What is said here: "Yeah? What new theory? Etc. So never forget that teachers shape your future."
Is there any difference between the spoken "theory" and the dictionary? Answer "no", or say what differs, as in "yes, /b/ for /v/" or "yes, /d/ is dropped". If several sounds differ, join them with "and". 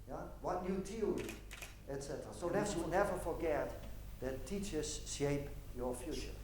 yes, /t/ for /θ/ and /l/ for /ɹ/